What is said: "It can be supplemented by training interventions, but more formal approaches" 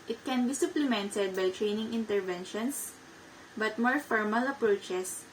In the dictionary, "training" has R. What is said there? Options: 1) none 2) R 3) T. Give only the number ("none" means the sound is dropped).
2